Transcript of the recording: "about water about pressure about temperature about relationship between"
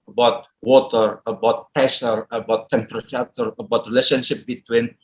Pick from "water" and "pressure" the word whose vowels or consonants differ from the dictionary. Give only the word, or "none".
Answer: pressure